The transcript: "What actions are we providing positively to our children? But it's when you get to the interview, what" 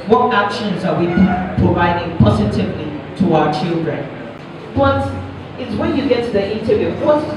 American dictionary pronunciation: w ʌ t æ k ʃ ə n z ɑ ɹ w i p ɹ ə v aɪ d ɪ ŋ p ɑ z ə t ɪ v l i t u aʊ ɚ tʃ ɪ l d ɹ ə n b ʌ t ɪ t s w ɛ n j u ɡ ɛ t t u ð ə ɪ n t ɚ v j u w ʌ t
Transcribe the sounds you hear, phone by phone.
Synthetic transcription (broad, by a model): w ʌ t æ k ʃ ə n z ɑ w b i p ɹ ə v aɪ d ɪ ŋ p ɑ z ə t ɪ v l i t u aʊ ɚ tʃ ɪ l d ɹ ə n b ʌ t ɪ t s w ɛ n j u ɡ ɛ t t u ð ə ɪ n t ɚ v j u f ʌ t